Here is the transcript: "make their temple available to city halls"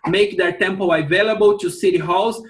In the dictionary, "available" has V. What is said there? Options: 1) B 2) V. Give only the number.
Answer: 2